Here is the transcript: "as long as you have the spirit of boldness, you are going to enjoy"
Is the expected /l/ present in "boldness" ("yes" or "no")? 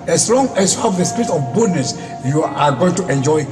no